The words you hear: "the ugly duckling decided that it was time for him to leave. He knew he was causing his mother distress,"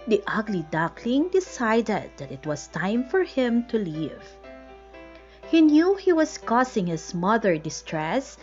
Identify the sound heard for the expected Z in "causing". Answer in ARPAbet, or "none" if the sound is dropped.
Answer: S